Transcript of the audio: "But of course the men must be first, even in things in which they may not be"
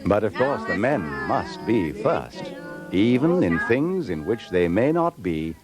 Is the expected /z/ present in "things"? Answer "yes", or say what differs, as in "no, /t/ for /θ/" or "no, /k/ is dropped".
yes